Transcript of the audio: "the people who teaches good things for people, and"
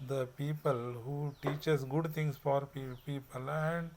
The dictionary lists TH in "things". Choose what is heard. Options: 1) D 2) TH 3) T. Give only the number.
3